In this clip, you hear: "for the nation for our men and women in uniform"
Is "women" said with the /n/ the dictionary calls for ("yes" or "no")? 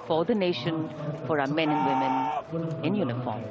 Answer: yes